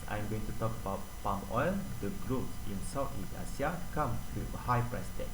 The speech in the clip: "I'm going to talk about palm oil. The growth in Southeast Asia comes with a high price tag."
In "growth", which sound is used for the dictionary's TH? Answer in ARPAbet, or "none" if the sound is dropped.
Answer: S